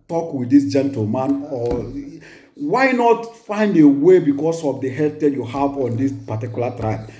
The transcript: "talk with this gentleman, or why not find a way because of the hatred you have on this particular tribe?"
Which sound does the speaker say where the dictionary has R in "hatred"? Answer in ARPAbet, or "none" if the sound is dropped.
none